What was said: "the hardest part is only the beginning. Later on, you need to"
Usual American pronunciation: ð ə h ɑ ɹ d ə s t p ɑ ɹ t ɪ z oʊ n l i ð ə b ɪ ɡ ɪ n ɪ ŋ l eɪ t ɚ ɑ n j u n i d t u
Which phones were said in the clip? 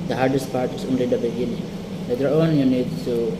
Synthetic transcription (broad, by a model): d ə h ɑ ɹ d ə s t p ɑ ɹ t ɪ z oʊ n l i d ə b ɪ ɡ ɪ n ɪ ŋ n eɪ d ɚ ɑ n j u n i d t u